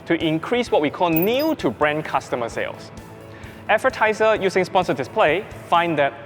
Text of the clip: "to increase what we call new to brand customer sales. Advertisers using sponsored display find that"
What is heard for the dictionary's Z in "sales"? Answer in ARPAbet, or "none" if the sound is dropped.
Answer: S